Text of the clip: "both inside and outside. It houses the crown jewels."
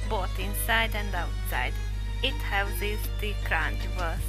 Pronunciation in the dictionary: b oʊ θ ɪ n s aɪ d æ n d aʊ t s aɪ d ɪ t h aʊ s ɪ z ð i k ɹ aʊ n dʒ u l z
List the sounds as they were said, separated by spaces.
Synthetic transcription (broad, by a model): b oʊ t ɪ n s aɪ d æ n d aʊ t s aɪ d ɪ t h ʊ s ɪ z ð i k ɹ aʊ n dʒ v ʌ